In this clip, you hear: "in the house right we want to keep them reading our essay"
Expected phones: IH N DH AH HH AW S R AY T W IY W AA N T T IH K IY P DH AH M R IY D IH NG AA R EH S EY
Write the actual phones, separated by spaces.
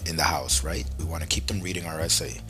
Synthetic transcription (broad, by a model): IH N DH AH HH AW S R AY T W IY W AA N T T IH K IY P DH AH M R IY D IH NG AA R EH S EY